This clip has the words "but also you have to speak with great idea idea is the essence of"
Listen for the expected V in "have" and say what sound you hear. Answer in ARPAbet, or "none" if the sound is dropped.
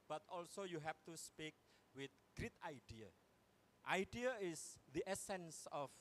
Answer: F